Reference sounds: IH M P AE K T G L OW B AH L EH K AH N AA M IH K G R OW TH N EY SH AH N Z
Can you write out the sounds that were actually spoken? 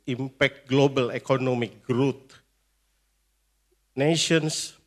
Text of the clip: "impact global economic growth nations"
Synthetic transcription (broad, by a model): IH M P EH K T G L OW B AH L EH K AH N AA M IH K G R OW T N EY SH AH N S